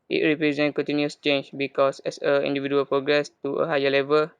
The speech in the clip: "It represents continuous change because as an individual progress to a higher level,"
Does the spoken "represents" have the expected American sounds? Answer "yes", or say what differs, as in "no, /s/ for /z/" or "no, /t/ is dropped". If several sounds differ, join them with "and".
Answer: no, /s/ is dropped